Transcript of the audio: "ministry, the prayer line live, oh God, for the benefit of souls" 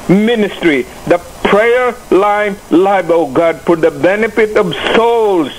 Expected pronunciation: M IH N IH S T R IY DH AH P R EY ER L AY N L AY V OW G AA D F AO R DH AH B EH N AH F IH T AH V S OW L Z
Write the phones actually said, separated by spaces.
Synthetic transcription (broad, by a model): M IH N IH S T R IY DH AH P R EY ER L AY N L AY B OW G AA D P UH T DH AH B EH N AH F IH T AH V S OW L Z